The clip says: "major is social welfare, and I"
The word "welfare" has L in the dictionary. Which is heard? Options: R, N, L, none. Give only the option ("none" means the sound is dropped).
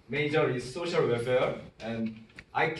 none